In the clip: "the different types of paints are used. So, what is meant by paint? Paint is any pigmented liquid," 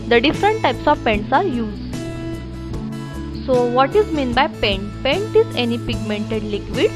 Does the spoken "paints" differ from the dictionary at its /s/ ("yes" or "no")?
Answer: no